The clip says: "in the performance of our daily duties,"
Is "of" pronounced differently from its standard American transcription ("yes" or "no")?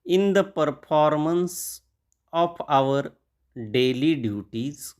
yes